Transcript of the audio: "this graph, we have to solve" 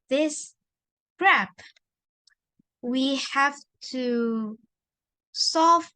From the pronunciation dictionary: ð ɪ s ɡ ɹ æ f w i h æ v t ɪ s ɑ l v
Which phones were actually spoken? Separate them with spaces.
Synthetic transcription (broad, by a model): ð ɪ s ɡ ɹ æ p w i h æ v t ɪ s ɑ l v